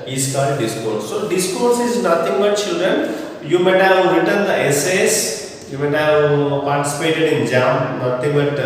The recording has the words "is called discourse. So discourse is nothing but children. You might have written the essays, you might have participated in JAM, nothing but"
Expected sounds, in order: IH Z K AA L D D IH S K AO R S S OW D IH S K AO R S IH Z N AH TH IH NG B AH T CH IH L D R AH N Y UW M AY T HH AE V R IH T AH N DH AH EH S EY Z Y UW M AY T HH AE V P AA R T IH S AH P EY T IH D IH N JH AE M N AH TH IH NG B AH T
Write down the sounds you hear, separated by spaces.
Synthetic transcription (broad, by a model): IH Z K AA D D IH S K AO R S S OW D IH S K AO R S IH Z N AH T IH NG B AH T CH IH L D R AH N Y UW M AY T HH AE V R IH T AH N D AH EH S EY S Y UW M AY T HH AE V P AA R T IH S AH P EY T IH D IH N JH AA M N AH T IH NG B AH T